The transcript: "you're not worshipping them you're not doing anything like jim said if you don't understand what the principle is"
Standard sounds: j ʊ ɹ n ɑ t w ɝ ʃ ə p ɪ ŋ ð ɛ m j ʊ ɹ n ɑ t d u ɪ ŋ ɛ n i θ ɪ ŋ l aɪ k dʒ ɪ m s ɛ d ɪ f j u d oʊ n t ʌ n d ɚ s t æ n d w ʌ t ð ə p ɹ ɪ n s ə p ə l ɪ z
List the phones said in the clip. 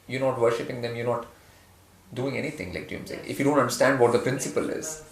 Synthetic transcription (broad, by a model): j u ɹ n ɑ t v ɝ ʃ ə p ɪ ŋ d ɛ m j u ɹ n ɑ t d u ɪ ŋ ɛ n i t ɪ ŋ l aɪ k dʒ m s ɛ ɪ f j u d oʊ n t ʌ n d ɚ s t æ n d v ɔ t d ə p ɹ ɪ n s ə p ə l ɪ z